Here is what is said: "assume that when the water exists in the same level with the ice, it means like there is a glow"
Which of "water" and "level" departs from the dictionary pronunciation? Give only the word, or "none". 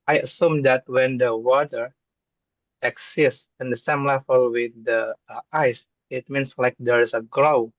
level